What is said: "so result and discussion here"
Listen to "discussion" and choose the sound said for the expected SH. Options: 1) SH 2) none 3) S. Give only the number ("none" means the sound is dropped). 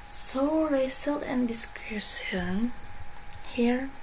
3